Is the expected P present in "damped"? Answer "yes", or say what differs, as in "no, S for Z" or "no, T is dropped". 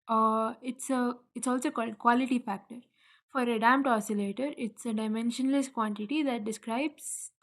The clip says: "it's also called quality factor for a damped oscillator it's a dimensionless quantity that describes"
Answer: no, P is dropped